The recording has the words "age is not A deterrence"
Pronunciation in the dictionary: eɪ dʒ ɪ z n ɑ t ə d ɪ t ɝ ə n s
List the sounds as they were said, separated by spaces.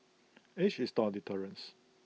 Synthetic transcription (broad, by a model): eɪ ʃ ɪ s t ə d ɪ t ɝ ə n s